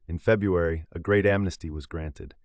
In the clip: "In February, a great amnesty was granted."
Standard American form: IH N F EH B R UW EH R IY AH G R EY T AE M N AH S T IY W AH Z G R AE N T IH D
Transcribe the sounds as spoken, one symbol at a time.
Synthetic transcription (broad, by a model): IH N F EH B R UW EH R IY AH G R EY T AE M N AH S T IY W AH Z G R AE N T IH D